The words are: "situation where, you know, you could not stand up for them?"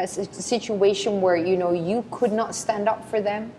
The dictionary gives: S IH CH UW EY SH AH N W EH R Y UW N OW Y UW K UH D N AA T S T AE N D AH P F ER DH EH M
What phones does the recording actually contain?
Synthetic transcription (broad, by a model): S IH CH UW EY SH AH N W EH R Y UW N OW Y UW K UH D N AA T S T AE N D AH P F ER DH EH M